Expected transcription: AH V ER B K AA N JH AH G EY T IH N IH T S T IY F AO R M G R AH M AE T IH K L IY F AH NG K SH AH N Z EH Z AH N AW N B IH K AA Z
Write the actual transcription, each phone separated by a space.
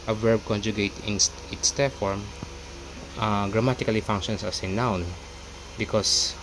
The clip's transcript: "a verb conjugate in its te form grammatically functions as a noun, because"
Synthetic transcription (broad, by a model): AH V ER B K AA N JH AH G EY T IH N IH T S T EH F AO R M G R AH M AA T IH K L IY F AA NG K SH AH N S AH S AH N AW N B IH K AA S